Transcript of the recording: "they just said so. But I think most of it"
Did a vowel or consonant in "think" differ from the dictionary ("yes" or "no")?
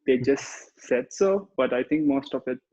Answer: yes